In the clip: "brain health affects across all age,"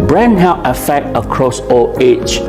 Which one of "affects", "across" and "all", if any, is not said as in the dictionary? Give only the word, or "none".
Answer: affects